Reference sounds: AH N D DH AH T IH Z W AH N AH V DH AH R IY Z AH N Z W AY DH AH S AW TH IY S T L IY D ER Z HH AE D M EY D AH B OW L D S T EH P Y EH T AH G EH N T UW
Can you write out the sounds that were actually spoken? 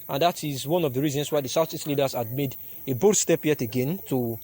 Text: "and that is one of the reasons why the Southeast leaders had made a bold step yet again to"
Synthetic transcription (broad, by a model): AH N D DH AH T IH Z W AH N AH V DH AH R IY Z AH N S W AY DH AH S AW S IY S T L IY D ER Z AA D M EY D AH B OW D S T EH P Y EH T AH G EH N T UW